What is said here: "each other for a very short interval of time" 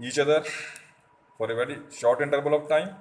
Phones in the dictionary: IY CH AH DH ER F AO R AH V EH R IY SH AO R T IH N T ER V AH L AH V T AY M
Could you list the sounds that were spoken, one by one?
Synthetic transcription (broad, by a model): IY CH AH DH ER F AO R AH V EH R IY SH AO R T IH N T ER B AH L AH V T AY M